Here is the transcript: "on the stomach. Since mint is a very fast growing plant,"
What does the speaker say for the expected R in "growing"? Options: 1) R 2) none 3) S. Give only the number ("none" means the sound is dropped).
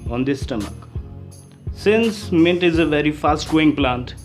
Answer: 2